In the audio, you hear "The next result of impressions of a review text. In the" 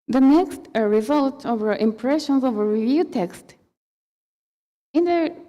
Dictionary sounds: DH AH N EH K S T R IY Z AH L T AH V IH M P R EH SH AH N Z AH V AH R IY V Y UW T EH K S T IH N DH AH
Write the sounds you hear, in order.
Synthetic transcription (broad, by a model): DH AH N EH K S T R IY Z AH L T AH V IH M P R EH SH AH N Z AH V AH R IY V Y UW T EH K S T IH N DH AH